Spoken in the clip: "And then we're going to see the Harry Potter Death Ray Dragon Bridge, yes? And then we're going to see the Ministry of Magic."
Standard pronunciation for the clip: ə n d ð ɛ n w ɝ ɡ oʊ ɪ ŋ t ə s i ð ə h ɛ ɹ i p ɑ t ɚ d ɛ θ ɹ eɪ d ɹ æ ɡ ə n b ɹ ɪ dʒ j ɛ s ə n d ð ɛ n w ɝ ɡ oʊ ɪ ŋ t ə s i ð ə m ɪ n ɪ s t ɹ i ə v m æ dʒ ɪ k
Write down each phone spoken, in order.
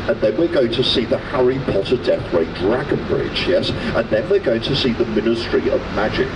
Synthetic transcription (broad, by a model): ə n ð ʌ n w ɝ ɡ oʊ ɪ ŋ t ə s i ð ə h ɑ ɹ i p ɑ t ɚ d ɛ θ ɹ eɪ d ɹ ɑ ɡ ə n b ɹ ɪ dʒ j ɛ s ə n ð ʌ n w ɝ ɡ oʊ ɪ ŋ t ə s i ð ə m ɪ n ɪ s t ɹ i ə v m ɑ dʒ ɪ k